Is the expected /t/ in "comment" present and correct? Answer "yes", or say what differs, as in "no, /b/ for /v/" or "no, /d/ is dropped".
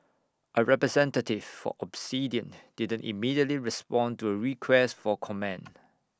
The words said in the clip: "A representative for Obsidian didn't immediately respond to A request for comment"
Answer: no, /t/ is dropped